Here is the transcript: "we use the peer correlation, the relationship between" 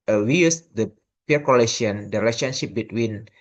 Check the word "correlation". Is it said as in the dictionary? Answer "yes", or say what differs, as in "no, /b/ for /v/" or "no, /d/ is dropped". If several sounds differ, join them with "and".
no, /l/ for /ɹ/ and /ʃ/ is dropped